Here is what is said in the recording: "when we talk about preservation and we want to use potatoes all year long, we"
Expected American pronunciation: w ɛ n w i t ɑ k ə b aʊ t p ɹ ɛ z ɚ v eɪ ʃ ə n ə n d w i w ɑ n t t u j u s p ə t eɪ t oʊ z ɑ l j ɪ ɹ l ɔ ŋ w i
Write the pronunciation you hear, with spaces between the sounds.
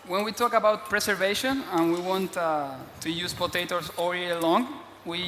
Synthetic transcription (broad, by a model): w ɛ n w i t ɑ k ə b aʊ t p ɹ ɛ s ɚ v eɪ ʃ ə n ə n w i w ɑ n t t u j u s p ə t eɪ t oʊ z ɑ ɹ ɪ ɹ l ɔ ŋ w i